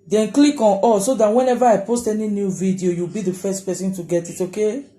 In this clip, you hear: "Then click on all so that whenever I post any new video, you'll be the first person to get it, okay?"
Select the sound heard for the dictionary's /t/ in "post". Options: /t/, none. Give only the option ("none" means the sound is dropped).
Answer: /t/